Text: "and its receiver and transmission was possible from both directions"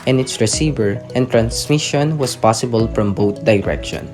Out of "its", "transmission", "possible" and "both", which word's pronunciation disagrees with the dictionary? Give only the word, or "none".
both